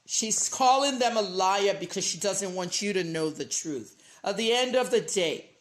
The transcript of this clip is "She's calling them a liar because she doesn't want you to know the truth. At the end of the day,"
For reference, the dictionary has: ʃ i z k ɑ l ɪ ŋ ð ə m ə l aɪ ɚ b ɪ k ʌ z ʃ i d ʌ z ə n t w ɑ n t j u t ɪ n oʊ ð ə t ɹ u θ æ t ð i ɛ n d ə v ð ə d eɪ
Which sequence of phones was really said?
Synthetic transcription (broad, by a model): ʃ i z k ɑ l ɪ ŋ ð ə m ə l aɪ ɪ b ɪ k ʌ z ʃ i d ʌ z ə n t w ɑ n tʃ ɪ t ɪ n oʊ ð ə t ɹ u θ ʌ t ð i ɛ n d ə v ð ə d eɪ